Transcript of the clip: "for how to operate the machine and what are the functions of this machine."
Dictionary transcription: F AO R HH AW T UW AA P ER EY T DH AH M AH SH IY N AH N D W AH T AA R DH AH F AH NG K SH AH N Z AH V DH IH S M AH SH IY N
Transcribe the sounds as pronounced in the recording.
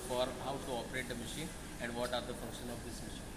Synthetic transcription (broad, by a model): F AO R HH AW T UW AA P ER EY T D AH M AH SH IY N AH N D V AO T AA R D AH F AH NG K SH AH N AH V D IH S M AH SH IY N